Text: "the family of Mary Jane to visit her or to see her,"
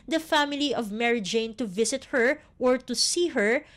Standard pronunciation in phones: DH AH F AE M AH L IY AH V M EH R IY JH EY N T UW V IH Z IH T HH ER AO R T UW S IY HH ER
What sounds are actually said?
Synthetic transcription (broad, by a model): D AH F AE M AH L IY AH V M EH R IY JH EY N T UW V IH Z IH T HH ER AO R T UW S IY HH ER